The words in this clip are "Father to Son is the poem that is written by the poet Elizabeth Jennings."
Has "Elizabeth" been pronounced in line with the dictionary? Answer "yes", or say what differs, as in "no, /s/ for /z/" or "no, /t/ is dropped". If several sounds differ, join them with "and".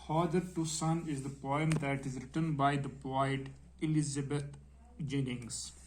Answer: no, /t/ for /θ/